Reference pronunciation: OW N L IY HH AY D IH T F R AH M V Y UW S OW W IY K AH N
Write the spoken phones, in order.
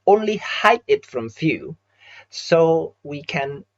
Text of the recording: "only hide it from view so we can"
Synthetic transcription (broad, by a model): OW N L IY HH AY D IH T F R AH M F Y UW S OW W IY K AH N